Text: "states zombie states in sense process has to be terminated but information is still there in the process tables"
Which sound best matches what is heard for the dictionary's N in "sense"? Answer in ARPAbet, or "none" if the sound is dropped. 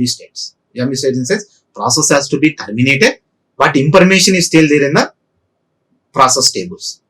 none